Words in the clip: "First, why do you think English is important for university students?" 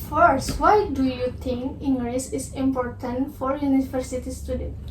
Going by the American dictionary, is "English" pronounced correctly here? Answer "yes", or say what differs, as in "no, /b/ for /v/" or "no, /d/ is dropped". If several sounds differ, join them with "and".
no, /s/ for /ʃ/